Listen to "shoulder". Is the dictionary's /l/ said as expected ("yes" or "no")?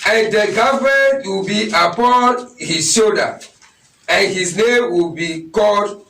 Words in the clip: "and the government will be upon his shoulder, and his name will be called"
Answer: no